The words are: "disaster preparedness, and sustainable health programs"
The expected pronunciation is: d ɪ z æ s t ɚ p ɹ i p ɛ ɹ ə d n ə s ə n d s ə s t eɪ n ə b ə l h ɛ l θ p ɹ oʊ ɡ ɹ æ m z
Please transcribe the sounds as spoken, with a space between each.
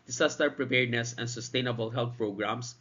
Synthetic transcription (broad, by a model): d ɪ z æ s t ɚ p ɹ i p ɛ ɹ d n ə s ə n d s ə s t eɪ n ə b ə l h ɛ l t p ɹ oʊ ɡ ɹ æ m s